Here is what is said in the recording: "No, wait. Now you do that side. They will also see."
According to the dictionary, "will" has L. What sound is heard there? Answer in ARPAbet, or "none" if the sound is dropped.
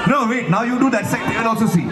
N